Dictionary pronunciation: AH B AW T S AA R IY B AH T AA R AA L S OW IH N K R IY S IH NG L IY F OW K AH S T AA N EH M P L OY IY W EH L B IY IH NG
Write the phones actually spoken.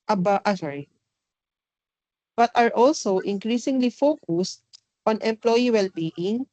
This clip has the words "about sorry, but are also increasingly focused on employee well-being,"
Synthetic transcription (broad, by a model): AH B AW T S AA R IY B AH T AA R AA L S OW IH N K R IY S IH NG L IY F OW K AH S T AA N EH M P L OY IY W EH L B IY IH NG